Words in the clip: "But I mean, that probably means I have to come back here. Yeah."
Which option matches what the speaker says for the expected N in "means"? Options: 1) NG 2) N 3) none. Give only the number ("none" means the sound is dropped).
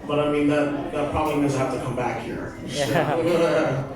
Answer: 3